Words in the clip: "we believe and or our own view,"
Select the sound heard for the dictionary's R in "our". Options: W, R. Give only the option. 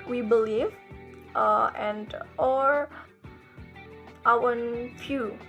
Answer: W